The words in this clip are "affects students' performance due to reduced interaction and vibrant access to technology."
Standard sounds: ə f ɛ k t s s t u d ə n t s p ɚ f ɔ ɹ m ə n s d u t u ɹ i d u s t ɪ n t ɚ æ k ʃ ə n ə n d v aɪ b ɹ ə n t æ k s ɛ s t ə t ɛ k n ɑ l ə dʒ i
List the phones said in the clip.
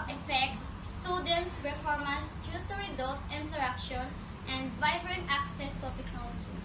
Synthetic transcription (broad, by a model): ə f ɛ k t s s t u d ə n t s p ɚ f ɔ ɹ m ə s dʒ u t u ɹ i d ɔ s ɪ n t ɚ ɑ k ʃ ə n ə n d v aɪ b ɹ ə n t æ k s ɛ s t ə t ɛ k n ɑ l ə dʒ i